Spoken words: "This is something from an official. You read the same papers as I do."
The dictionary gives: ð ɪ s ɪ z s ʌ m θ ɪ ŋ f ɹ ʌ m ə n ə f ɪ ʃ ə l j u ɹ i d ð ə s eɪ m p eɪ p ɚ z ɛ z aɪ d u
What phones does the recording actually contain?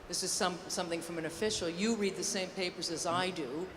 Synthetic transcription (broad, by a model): ð ɪ s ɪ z s ʌ m θ ɪ ŋ f ɹ ʌ m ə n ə f ɪ ʃ l j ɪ ɹ i d ð ə s eɪ m p eɪ p ɚ z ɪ z aɪ d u